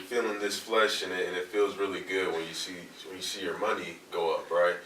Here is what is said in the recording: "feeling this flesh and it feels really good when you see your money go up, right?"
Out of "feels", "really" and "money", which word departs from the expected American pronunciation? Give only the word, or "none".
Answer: none